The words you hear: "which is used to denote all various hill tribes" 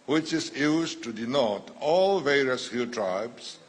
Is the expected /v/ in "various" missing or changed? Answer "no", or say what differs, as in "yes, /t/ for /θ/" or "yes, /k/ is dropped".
no